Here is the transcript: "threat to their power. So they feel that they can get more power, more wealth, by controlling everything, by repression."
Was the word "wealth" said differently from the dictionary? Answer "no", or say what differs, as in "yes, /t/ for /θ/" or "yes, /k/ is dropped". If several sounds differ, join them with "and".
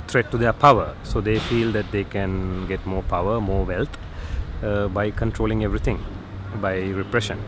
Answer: yes, /t/ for /θ/